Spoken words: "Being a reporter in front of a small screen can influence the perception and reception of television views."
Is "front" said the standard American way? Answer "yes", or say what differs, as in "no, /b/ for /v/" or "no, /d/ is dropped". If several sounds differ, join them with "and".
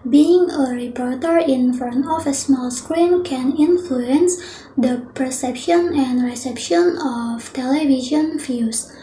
no, /ɹ/ is dropped